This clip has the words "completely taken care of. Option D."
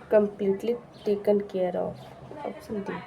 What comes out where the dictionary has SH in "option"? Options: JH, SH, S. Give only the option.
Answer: S